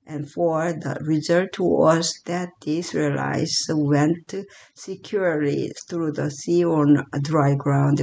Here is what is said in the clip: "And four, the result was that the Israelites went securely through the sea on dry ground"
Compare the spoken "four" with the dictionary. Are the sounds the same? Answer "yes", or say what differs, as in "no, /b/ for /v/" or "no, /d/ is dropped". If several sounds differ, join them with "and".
yes